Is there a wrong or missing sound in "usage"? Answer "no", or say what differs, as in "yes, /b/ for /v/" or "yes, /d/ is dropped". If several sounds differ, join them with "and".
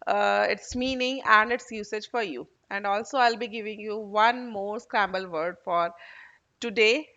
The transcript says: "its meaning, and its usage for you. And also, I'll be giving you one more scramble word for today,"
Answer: no